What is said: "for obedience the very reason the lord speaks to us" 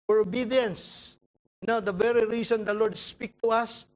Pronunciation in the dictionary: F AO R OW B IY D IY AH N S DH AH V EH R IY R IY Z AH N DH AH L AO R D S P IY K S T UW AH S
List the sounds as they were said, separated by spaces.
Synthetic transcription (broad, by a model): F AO R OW B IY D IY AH N S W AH V EH R IY R IY S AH N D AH L AO R D S P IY K T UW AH S